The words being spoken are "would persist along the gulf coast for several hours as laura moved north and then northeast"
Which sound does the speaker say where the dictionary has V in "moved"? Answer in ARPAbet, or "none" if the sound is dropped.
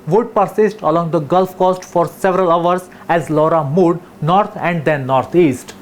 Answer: none